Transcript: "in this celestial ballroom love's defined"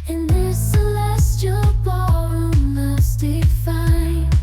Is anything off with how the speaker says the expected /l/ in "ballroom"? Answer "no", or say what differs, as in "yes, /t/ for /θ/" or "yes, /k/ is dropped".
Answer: yes, /l/ is dropped